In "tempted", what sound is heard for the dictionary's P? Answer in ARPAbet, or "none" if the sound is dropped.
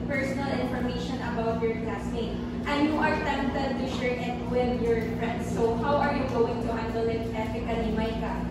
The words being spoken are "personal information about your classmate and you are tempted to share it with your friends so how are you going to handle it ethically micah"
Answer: none